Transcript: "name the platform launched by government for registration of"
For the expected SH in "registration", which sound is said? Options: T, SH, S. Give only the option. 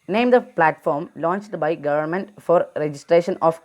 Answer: SH